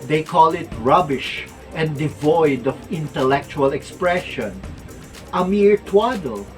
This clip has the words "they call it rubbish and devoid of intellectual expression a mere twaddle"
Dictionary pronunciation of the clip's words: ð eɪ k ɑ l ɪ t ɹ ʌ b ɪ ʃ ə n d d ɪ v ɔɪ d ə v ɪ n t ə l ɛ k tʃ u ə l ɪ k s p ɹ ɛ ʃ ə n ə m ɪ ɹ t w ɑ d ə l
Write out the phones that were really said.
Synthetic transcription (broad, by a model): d eɪ k ɑ l ɪ t ɹ ʌ b ɪ ʃ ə n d d ɪ v ɔɪ d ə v ɪ n t ə l ɛ k tʃ u ə l ɪ k s p ɹ ɛ ʃ ə n ə m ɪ ɹ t w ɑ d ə l